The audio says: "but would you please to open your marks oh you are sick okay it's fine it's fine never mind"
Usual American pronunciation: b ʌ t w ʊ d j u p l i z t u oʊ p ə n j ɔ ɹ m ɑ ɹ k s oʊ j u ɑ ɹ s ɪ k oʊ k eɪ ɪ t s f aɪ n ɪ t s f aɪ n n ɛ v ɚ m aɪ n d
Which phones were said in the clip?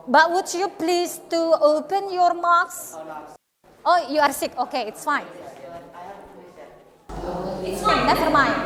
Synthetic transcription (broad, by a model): b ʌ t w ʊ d j u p l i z t u oʊ p ə n j ɔ ɹ m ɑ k s oʊ j u ɑ ɹ s ɪ k oʊ k eɪ ɪ t s f aɪ n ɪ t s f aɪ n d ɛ f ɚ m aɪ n